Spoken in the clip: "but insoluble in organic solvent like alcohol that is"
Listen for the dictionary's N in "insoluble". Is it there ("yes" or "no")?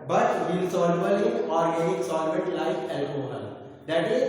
no